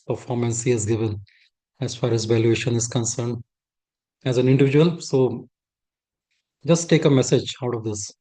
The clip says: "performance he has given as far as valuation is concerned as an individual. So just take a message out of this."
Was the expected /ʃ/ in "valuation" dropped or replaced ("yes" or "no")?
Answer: no